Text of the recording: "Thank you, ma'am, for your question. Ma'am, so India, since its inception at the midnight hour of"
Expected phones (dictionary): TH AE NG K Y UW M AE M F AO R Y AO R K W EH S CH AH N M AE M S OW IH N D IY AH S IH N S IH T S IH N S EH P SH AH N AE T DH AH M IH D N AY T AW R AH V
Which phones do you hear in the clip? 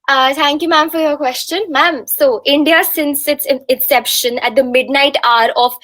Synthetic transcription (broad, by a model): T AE NG K Y UW M AE M F AO R Y AO R K W EH S CH AH N M AE M S OW IH N D IY AH S IH N S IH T S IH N S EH P SH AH N AE T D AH M IH D N AY T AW R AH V